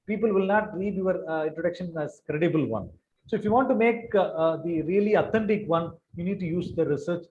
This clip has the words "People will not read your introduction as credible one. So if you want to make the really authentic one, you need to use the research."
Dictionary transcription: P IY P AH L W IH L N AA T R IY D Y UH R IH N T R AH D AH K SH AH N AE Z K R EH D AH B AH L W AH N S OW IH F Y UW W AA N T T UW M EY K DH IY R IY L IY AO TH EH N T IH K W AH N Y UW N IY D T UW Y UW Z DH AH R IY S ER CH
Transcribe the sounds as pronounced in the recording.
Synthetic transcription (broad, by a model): P IY P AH L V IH L N AA T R IY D Y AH R IH N T R AH D AH K SH AH N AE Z K R EH D AH B AH L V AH N S OW IH F Y UW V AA N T T UW M EY K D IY R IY L IY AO T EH N T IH K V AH N Y UW N IY D T UW Y UW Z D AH R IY S ER CH